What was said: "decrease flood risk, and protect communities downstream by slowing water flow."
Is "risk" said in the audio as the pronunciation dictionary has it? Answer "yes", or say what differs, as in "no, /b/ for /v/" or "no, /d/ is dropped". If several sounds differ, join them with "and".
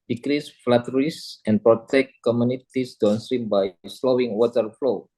no, /k/ is dropped